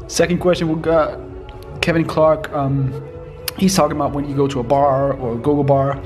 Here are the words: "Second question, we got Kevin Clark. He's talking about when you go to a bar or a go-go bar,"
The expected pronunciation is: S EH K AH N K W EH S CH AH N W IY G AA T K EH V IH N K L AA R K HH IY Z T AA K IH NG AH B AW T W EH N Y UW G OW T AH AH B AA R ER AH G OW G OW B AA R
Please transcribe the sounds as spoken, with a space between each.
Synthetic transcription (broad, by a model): S EH K N K W EH S CH AH N W IY G AA T K EH V IH N K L AA R K HH IY Z T AA K IH NG AH B AW T W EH N Y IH G OW T AH AH B AA R ER AH G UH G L B AA R